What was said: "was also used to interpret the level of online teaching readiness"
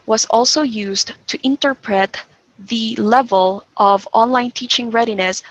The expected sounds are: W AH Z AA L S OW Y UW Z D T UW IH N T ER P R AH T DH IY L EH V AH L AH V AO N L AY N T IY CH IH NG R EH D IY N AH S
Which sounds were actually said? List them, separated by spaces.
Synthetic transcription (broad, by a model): W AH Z AA L S OW Y UW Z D T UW IH N T ER P R AH T DH IY L EH V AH L AH V AO N L AY N T IY CH IH NG R EH D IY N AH S